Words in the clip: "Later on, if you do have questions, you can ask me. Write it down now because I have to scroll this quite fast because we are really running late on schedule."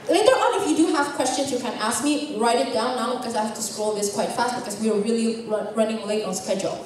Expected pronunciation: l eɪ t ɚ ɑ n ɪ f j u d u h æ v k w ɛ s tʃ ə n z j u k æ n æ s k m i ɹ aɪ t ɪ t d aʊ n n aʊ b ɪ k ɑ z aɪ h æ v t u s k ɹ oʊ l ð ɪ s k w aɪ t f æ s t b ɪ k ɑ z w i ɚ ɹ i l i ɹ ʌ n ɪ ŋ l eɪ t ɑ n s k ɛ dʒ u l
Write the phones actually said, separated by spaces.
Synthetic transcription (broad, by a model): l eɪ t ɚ ɑ n ɪ f j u d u h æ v k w ɛ s tʃ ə n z j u k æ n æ s k m i ɹ aɪ t ɪ t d aʊ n n aʊ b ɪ k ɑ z aɪ h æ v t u s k ɹ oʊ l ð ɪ s k w aɪ t f æ s t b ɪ k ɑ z w i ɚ l i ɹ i ɹ ʌ n ɪ ŋ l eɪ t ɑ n s k ɛ dʒ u l